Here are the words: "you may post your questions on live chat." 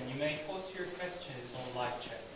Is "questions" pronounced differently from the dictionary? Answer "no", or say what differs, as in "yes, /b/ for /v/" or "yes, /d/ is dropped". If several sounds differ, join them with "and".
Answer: no